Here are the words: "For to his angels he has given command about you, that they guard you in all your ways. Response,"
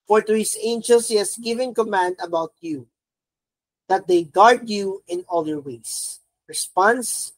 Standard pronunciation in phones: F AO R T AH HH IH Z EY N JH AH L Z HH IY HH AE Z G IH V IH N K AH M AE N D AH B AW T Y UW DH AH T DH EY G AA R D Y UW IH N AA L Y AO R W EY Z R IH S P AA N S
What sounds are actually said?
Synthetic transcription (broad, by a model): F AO R T AH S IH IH N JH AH L S HH IY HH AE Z G IH V IH N K AH M AE N D AH B AW T Y UW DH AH T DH EY G AA R D Y UW IH N AA L Y AO R W EY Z R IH S P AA N S